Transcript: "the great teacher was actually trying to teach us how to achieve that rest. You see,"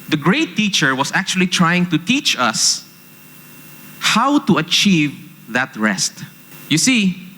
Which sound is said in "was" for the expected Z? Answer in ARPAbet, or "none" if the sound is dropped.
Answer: S